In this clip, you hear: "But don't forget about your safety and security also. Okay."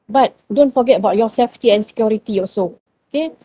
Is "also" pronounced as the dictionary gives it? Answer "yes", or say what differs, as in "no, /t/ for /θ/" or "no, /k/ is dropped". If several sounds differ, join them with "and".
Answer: no, /l/ is dropped